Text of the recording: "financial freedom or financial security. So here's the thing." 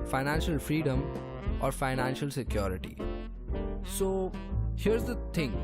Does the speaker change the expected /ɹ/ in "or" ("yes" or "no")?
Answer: no